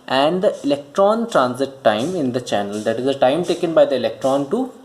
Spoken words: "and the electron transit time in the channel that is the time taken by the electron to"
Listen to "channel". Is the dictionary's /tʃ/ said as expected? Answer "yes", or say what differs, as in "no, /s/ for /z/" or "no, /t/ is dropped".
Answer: yes